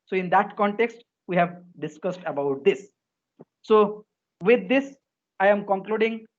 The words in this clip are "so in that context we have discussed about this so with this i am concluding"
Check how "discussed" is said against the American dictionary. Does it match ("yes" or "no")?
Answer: yes